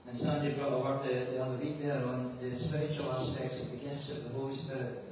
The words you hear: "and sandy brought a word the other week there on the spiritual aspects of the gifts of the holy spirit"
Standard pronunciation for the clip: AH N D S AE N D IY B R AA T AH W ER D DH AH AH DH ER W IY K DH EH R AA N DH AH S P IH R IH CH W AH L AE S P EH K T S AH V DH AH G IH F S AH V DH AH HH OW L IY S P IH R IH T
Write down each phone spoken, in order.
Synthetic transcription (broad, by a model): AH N S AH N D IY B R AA AH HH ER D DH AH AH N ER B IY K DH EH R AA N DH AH S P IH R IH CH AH L AE S P EH K T S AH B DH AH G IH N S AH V DH AH HH OW L IY S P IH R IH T